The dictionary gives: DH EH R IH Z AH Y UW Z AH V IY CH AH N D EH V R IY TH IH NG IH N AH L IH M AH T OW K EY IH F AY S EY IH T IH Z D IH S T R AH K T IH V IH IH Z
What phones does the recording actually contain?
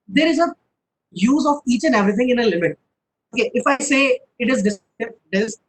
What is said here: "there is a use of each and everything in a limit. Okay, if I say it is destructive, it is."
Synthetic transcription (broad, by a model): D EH R IH Z AH Y UW Z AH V IY CH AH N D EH V R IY T IH NG IH N AH L IH M AH T OW K EY IH F AY S EY IH T IH Z D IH S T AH T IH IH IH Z